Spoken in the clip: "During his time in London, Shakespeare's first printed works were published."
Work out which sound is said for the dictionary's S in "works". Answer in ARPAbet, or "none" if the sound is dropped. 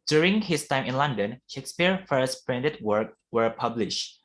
none